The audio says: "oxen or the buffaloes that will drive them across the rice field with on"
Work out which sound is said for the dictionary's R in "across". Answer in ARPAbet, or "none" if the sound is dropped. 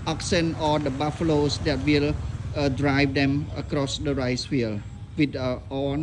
R